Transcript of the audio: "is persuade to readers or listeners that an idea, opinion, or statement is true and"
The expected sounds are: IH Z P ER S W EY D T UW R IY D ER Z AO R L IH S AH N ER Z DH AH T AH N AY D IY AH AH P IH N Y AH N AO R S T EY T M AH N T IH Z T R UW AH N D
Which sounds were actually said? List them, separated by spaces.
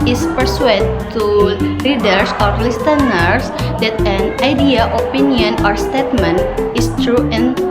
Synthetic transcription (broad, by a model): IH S P ER S W EY D T UW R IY D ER S AO R L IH S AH N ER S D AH T AH N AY D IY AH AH P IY N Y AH N AO R S T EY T M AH N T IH S T R UW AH N